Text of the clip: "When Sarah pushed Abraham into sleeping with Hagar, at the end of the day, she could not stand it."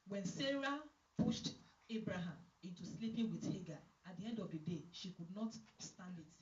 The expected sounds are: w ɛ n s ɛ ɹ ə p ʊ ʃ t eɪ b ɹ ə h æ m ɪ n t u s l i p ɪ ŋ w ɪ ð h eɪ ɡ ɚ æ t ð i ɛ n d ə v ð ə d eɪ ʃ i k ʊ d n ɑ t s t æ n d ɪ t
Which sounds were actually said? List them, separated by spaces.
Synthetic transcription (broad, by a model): w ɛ n s ɛ ɹ ə p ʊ ʃ t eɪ b ɹ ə h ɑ m ɪ n t u s l i p ɪ ŋ w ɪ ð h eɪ ɡ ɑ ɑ t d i ɛ n d ə v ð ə d eɪ ʃ i k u d n ɑ t s t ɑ n d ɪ t